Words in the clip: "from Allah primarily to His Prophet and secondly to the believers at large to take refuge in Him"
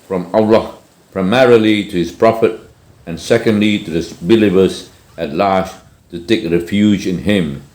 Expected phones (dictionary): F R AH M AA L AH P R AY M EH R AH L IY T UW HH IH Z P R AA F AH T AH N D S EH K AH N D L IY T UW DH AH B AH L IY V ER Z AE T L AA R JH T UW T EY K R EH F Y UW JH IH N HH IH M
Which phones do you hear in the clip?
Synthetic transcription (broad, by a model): F R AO M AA L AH P R AY M EH R AH L IY T UW HH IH S P R AA F AH T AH N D S EH K AH N D L IY T UW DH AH B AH L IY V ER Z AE T L AA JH T UW T EY K R EH F Y UW JH IH N HH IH M